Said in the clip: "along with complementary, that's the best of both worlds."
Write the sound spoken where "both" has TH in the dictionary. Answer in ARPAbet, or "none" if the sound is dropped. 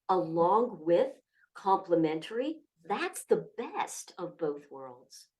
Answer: TH